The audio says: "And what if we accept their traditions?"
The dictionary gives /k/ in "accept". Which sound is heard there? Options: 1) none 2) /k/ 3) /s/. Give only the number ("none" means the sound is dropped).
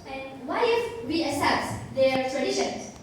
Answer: 1